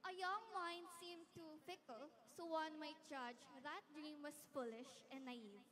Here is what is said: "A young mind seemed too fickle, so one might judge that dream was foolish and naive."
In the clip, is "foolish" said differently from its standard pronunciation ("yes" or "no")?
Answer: no